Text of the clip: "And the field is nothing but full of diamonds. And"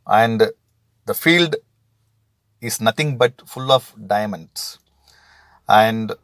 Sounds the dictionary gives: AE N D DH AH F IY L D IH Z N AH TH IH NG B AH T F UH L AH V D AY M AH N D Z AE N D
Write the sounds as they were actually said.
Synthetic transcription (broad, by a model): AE N D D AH F IY L D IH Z N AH T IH NG B AH T F UH L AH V D AY M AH N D S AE N D